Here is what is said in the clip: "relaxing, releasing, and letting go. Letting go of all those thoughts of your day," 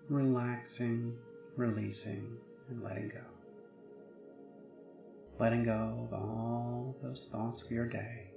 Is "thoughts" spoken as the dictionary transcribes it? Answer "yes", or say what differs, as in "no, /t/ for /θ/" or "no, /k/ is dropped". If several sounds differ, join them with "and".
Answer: yes